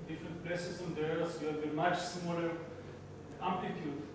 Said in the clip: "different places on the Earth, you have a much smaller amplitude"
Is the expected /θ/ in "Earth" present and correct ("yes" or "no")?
no